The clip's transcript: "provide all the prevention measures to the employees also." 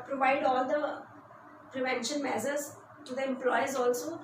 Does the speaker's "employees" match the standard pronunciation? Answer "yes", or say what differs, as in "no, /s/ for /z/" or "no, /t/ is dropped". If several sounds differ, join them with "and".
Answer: yes